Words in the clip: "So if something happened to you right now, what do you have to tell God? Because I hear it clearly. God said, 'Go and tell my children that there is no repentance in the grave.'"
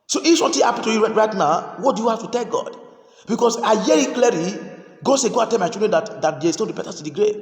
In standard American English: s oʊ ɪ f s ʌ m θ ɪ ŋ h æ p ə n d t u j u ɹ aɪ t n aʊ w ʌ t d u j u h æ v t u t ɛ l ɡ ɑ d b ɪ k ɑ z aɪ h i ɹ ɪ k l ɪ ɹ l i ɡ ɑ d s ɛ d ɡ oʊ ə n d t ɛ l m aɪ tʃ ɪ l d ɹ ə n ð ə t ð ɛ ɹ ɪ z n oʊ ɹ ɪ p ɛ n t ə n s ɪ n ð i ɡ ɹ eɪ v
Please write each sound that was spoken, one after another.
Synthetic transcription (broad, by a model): s oʊ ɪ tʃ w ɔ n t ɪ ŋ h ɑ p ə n t u j u ɹ aɪ t n aʊ w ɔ t d u j u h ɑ f t u t ɛ l ɡ ɑ d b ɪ k ɑ s aɪ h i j ɪ k l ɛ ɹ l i ɡ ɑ s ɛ ɡ oʊ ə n t ɛ l m aɪ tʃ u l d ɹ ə n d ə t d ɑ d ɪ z n oʊ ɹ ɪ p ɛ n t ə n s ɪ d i ɡ ɹ eɪ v